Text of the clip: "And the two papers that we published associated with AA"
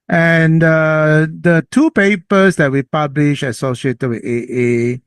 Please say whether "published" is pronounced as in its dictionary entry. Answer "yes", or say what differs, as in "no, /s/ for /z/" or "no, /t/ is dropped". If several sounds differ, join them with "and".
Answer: no, /t/ is dropped